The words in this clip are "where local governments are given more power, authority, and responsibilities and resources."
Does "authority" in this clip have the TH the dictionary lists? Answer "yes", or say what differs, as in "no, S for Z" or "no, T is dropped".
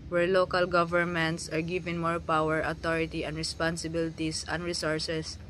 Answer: no, T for TH